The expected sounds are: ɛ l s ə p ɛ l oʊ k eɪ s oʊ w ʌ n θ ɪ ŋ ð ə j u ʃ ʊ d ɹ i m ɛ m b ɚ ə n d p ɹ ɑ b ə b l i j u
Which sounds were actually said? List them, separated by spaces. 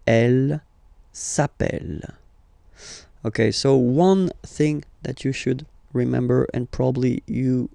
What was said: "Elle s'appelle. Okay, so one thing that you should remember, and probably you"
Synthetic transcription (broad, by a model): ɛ l s ə p ɛ l oʊ k eɪ s oʊ w ʌ n θ ɪ ŋ ð ə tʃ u ʃ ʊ d ɹ i m ɛ m b ɚ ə n p ɹ ɑ b ə b l i j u